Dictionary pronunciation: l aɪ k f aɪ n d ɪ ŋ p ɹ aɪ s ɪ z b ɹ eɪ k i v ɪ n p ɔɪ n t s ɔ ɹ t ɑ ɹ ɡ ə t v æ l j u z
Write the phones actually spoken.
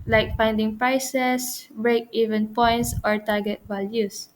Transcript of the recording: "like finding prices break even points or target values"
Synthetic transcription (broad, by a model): l aɪ k f aɪ n d ɪ ŋ p ɹ aɪ s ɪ s b ɹ eɪ k i v ɪ n p ɔɪ n t s ɔ ɹ t ɑ ɹ ɡ ə t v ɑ l j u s